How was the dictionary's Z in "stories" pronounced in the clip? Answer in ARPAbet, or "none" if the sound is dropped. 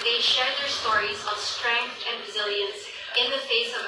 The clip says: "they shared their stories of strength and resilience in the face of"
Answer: Z